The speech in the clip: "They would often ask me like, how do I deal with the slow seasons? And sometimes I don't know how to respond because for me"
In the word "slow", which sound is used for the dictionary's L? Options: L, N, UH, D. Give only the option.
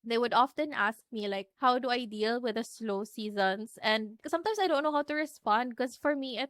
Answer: L